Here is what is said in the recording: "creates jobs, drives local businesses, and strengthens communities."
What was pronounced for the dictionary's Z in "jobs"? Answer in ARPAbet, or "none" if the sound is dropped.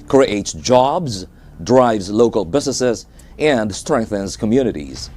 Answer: Z